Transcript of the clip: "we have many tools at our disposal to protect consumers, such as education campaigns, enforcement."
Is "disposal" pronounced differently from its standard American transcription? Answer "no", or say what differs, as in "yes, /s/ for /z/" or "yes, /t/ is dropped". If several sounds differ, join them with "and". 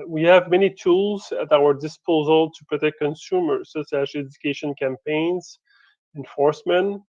no